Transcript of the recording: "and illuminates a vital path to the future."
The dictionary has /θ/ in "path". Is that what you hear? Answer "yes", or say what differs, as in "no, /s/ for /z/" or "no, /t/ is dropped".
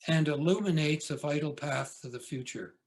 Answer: yes